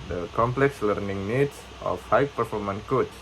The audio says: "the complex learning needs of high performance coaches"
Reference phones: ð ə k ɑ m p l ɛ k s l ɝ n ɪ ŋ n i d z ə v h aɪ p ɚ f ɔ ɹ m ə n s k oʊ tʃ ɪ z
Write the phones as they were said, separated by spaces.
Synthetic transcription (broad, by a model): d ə k ɑ m p l ɛ k s l ɝ n ɪ ŋ n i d s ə f h aɪ p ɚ f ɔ ɹ m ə n k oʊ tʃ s